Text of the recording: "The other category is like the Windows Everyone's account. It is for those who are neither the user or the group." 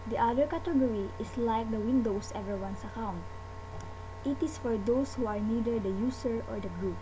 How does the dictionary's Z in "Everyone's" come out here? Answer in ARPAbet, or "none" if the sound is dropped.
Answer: S